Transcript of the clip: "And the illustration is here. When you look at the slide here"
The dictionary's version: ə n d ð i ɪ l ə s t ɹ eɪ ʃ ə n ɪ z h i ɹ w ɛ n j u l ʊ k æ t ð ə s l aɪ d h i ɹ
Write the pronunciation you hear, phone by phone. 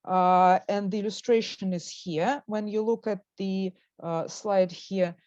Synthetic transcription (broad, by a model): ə n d ð i ɪ l ə s t ɹ eɪ ʃ ə n ɪ z h i ɹ w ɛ n j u l ʊ k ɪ t ð ə s l aɪ d h i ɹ